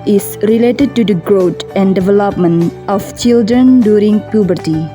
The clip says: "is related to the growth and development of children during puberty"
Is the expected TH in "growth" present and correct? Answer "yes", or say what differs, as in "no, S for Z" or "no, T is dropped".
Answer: no, T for TH